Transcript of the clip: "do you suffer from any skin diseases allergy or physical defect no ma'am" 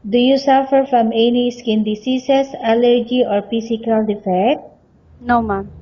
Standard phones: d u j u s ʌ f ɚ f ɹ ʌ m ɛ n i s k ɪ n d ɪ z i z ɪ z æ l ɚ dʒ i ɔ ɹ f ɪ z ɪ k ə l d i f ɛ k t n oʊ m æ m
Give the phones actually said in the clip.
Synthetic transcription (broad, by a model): d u j u s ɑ f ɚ f ɹ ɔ m ɛ n i s k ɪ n d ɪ s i s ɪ s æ l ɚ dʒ i ɔ ɹ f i s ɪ k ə l d i f ɛ k t n oʊ m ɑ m